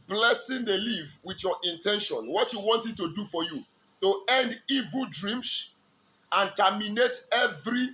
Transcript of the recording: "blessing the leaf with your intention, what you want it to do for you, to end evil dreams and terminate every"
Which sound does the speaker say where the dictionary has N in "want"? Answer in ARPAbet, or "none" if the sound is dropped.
N